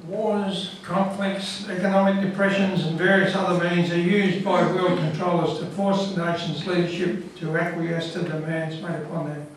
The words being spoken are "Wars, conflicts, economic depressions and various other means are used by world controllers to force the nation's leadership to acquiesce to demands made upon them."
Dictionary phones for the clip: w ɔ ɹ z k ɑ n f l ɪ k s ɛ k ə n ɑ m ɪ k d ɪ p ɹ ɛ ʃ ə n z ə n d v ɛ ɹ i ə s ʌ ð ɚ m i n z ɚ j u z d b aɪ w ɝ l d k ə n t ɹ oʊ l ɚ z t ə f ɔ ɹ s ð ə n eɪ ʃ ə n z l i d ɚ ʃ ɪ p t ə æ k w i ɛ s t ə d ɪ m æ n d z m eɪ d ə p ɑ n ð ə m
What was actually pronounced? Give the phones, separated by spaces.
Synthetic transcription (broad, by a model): w ɔ ɹ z k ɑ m f l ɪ k s ɛ k ə n ɑ m ɪ k d ɪ p ɹ ɛ ʃ ə n z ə n v ɛ ɹ i ə s ʌ ð ɚ m i n z ɚ j u z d b aɪ w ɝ l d k ə n t ɹ oʊ l ɚ z t ə f ɔ ɹ s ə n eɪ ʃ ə n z l i d ɚ ʃ ɪ p t ə æ k w i ɛ s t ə d ɪ m æ n d z m eɪ d ə p ɑ n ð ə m